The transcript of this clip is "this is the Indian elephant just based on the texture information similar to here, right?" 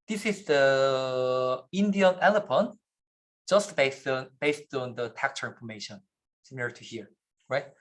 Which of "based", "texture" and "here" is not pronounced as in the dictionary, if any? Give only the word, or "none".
texture